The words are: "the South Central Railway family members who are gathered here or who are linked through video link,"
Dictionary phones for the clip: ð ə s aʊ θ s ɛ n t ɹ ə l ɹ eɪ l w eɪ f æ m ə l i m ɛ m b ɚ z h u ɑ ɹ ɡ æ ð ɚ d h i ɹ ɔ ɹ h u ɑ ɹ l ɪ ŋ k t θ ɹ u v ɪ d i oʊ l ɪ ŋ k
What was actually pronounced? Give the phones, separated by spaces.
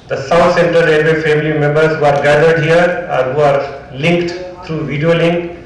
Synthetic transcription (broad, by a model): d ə s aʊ t s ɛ n t ə ɹ eɪ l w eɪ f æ m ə l i m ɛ m b ɚ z h u ɑ ɹ ɡ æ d ɚ d h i ɹ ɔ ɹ h u ɑ ɹ l ɪ ŋ k t t ɹ u v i d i oʊ l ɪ ŋ k